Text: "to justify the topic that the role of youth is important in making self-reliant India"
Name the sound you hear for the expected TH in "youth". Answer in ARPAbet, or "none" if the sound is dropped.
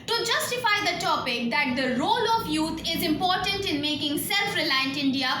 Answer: T